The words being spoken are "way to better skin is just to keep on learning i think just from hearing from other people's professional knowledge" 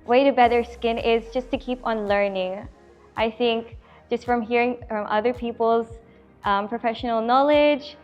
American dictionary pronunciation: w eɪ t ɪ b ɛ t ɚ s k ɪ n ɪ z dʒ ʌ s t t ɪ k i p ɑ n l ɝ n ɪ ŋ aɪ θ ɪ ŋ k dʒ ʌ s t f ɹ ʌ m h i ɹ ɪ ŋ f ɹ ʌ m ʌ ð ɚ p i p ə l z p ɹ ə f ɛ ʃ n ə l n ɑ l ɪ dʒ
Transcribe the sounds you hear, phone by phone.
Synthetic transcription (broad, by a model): w eɪ t ɪ b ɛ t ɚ s k ɪ n ɪ z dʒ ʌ s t t ɪ k i p n l ɝ n ɪ ŋ aɪ θ ɪ ŋ k dʒ ʌ s t f ɹ ʌ m h i ɹ ɪ ŋ f ɹ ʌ m ʌ ð ɚ p i p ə l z p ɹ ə f ɛ ʃ n l n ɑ l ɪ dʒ